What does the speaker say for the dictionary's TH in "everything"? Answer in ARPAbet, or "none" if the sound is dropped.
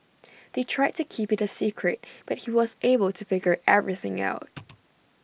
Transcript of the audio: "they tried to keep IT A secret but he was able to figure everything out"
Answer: TH